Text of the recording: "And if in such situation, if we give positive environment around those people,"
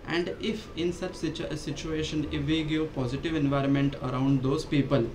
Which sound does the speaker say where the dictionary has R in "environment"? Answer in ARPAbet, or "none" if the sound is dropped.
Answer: R